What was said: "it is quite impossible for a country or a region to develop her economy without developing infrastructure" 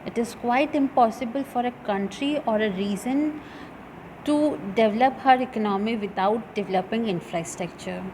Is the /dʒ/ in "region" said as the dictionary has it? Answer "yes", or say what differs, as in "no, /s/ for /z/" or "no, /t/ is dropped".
no, /z/ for /dʒ/